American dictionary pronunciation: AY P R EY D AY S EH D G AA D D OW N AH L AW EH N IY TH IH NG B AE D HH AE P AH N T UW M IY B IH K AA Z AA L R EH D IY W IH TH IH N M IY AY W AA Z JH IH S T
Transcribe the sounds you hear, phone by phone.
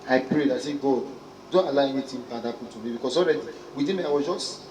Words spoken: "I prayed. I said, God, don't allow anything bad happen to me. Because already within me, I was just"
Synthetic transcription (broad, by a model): AY P R EY D AY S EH G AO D D OW N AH L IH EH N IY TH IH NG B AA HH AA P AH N T UW M IY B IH K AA S AA L R EH D IY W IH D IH M IY AY W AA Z JH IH S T